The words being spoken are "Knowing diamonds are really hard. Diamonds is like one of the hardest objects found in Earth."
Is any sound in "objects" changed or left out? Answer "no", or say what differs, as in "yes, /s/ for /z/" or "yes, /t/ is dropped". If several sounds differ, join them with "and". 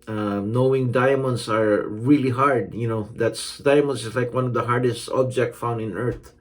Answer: yes, /s/ is dropped